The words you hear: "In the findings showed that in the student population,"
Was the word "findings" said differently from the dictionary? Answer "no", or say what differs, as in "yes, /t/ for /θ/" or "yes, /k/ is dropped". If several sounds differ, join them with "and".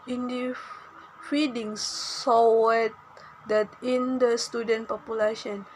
yes, /n/ is dropped